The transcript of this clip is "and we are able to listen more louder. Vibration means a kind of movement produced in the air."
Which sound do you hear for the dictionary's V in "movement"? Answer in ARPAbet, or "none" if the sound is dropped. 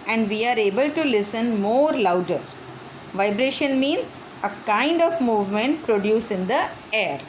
V